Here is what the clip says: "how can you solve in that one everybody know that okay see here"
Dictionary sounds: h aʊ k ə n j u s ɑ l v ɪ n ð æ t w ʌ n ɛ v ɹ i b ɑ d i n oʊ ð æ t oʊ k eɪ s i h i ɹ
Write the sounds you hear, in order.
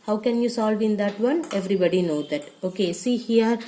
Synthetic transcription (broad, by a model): h aʊ k ə n j u s ɑ l v ɪ n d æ t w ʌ n ɛ v ɹ i b ɑ d i n oʊ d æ t oʊ k eɪ s i h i ɹ